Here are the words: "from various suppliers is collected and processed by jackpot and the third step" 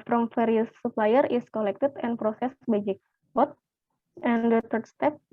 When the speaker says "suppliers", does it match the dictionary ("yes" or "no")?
no